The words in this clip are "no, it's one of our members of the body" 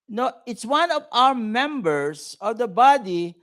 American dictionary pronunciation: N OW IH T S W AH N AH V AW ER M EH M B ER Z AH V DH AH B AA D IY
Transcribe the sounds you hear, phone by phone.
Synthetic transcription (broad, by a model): N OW IH T S W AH N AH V AW ER M EH M B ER S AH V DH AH B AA D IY